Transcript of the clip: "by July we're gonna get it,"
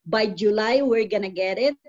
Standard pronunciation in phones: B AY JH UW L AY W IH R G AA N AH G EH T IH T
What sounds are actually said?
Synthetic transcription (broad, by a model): B AY JH UW L AY W IH R G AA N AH G EH T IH T